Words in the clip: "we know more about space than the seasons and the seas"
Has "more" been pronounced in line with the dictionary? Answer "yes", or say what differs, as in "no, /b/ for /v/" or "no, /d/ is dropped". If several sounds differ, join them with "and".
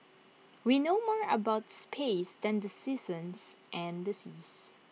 yes